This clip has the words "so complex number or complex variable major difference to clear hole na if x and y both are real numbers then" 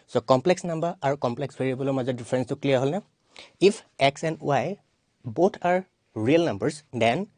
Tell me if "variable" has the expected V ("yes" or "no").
no